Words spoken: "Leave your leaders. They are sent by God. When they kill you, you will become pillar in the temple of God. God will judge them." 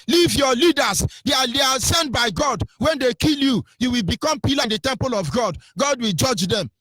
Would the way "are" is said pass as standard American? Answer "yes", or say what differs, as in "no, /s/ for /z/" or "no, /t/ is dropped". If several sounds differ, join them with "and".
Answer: no, /l/ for /ɹ/